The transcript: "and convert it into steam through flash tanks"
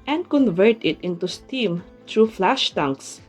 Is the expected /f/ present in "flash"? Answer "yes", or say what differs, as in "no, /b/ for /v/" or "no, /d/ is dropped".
yes